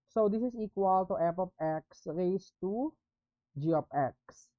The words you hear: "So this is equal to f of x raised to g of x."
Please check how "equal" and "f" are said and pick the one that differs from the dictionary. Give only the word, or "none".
f